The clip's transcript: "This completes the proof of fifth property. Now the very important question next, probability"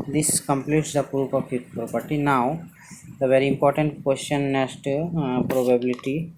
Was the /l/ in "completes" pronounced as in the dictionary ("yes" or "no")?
yes